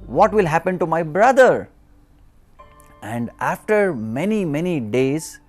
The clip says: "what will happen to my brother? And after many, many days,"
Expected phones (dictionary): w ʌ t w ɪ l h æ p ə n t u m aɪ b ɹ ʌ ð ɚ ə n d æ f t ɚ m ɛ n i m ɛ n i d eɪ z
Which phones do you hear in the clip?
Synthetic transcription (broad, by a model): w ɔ t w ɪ l h æ p ə n t u m aɪ b ɹ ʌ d ɚ ə n d æ f t ɚ m ɛ n i m ɛ n i d eɪ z